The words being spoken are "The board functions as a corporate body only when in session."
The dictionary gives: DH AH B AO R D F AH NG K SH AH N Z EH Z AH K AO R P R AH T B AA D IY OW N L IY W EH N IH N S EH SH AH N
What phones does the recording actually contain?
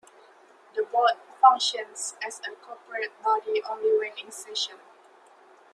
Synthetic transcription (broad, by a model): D AH B AO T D F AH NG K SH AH N S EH S AH K AO P R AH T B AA D IY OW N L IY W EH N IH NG S EH SH AH N